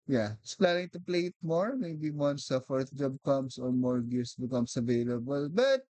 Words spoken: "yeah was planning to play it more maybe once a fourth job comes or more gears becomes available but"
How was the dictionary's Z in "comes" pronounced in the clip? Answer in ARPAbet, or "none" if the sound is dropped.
S